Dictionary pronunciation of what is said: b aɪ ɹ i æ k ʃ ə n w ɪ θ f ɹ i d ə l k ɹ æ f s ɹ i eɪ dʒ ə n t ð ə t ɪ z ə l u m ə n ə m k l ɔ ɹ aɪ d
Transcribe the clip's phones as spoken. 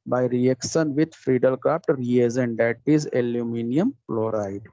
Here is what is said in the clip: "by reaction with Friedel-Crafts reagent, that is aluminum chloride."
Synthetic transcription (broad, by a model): b aɪ ɹ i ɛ k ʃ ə n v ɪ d f ɹ i d ə l k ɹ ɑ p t ɹ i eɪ z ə n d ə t ɪ z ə l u m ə n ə m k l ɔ ɹ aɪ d